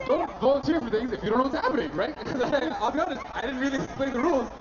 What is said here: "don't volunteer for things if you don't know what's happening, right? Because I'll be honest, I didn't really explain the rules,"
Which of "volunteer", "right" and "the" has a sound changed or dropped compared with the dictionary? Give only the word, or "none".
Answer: volunteer